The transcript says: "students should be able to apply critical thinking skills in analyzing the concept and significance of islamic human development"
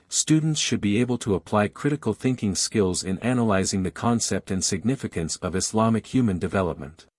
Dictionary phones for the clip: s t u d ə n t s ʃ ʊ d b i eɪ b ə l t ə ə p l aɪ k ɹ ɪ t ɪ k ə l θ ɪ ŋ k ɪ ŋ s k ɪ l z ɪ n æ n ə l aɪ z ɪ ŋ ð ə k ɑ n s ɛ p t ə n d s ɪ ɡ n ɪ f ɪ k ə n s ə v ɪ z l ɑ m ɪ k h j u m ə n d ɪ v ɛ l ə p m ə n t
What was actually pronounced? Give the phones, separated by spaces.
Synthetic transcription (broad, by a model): s t u d n t s ʃ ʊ d b i eɪ b ə l t ə ə p l aɪ k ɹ ɪ t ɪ k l θ ɪ ŋ k ɪ ŋ s k ɪ l z ɪ n æ n ə l aɪ z ɪ ŋ ð ə k ɑ n s ɛ p t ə n s ɪ ɡ n ɪ f ɪ k ə n s ə v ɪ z l ɑ m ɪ k h j u m ə n d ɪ v ɛ l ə p m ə n t